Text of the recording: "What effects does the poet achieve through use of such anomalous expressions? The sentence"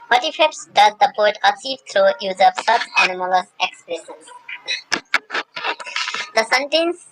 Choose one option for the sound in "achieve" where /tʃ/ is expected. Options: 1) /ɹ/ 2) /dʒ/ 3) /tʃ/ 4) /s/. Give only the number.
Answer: 4